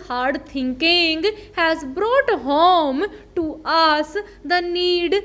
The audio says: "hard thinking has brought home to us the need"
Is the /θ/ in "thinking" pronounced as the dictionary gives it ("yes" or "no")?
no